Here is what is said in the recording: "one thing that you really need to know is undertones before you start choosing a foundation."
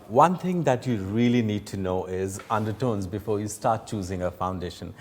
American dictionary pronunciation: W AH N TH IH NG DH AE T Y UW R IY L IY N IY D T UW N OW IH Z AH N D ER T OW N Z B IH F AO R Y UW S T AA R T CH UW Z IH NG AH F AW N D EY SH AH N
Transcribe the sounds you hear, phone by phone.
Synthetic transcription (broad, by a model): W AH N T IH NG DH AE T Y UW R IY L IY N IY D T UW N OW IH Z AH N D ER T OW N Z B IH F AO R Y UW S T AA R T CH UW Z IH NG AH F AW N D EY SH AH N